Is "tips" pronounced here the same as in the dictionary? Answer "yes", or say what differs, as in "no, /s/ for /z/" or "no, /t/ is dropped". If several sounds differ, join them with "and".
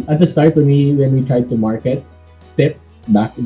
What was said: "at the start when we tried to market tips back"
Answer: no, /s/ is dropped